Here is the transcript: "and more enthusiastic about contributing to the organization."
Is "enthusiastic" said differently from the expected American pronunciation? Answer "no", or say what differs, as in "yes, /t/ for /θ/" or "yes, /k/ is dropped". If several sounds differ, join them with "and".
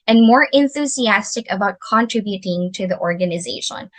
no